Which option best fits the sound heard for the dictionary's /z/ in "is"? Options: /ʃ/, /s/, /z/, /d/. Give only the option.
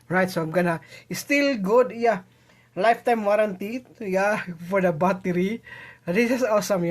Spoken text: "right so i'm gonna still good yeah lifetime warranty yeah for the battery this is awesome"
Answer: /s/